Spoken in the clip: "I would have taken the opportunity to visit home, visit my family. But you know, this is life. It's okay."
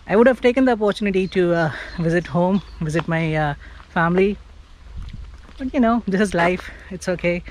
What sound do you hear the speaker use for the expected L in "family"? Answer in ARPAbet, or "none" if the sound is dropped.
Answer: L